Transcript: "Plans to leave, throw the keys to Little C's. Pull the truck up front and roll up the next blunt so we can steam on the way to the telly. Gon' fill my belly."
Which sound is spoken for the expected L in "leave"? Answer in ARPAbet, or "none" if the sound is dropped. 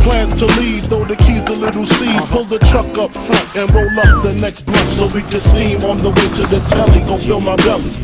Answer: L